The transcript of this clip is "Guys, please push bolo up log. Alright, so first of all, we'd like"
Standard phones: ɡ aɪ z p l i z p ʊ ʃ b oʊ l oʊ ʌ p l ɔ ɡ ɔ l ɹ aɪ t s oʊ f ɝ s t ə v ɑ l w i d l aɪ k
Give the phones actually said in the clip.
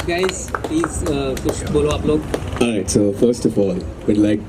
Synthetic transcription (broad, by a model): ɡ aɪ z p l i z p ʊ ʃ b oʊ l oʊ ʌ p l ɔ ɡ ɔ ɹ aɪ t s oʊ f ɝ s t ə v ɑ l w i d l aɪ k